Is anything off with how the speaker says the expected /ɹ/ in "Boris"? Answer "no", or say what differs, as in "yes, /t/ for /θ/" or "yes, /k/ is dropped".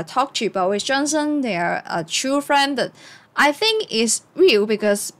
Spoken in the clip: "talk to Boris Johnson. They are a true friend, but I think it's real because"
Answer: yes, /w/ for /ɹ/